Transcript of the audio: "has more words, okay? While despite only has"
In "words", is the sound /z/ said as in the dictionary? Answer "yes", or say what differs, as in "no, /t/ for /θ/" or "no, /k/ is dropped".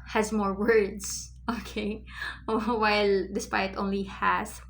no, /s/ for /z/